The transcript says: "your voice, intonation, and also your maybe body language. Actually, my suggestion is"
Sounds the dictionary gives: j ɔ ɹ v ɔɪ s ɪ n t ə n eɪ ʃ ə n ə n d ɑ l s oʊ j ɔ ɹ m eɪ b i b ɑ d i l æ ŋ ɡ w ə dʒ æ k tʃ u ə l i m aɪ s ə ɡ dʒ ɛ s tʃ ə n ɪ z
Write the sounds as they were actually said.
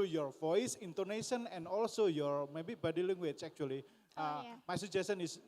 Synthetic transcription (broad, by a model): j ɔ ɹ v ɔɪ s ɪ n t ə n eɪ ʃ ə n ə n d ɑ l s oʊ j ɔ ɹ m eɪ b i b ɑ d i l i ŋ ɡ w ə tʃ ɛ k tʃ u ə l i m aɪ s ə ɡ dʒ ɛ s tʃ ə n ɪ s